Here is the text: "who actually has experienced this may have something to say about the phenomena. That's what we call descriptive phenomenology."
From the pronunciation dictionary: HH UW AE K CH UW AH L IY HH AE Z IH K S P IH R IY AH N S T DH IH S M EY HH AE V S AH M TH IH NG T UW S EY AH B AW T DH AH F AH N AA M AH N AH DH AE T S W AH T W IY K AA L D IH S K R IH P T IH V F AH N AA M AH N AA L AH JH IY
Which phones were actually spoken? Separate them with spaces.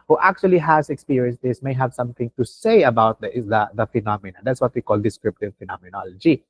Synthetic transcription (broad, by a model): HH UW AE K CH UW AH L IY HH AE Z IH K S P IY R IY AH N S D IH S M EY HH AE V S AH M T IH NG T UW S EY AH B AW T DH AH F AH N AA M AH N AH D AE T S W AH T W IY K AA L D IH S K R IH P T IH V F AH N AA M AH N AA L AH JH IY